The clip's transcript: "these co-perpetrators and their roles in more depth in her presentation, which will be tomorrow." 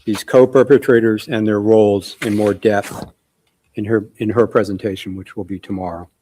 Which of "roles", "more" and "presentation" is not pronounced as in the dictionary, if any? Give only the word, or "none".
none